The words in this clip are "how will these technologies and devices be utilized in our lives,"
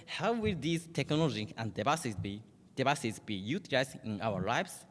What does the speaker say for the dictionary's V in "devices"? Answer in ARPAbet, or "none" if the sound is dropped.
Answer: B